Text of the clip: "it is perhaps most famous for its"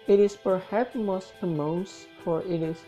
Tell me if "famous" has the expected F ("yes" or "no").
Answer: no